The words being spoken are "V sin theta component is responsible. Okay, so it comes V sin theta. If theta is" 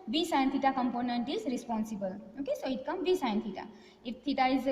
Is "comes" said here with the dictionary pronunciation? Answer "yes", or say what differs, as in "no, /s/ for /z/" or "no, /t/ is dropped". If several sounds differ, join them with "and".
no, /z/ is dropped